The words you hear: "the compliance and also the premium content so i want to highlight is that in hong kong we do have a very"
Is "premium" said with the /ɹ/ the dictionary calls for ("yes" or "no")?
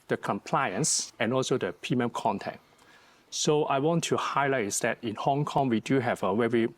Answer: no